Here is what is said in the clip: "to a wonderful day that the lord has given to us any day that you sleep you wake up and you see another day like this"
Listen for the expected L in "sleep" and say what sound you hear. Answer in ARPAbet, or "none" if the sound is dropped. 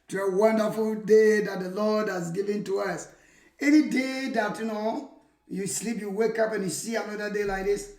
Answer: L